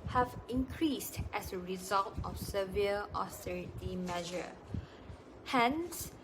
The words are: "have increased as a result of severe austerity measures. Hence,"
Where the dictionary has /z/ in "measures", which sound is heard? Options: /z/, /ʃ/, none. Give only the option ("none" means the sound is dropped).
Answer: none